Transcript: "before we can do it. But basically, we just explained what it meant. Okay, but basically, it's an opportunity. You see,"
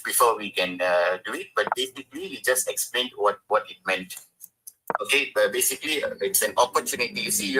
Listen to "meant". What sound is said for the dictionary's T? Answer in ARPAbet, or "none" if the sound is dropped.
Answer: T